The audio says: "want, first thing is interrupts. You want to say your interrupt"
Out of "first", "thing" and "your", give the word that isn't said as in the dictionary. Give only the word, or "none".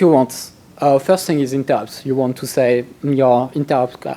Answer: none